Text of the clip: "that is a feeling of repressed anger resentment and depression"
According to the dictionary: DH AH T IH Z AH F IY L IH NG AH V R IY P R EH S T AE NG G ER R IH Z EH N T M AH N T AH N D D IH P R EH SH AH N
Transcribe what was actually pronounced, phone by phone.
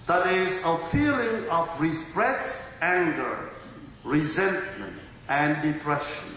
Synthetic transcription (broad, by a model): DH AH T IH Z AH F IY L IH NG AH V R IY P R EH S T AE NG G ER R IH Z EH N T M AH N T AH N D D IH P R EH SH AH N